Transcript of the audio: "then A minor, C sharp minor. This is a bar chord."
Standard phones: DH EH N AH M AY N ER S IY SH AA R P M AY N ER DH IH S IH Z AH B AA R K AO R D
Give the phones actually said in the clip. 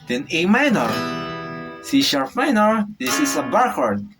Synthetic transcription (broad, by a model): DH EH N AH M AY N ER S IY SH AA R F M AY N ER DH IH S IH S AH B AA R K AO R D